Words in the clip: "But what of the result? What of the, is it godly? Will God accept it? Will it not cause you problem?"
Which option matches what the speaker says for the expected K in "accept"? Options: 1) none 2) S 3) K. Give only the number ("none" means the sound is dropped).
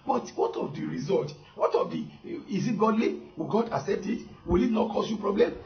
1